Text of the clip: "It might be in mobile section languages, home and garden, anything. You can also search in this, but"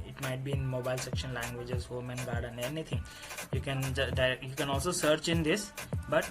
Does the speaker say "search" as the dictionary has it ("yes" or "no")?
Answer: yes